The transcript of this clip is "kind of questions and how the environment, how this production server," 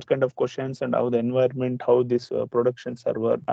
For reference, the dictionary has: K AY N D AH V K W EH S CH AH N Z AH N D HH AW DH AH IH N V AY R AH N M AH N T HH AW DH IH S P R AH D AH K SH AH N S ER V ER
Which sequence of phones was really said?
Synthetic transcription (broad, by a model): K AY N D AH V K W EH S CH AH N S AH N D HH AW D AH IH N V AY AH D M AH N T HH AW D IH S P R AH D AH K SH AH N S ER V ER